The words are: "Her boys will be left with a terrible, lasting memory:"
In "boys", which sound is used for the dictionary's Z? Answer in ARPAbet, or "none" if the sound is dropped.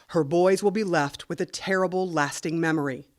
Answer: Z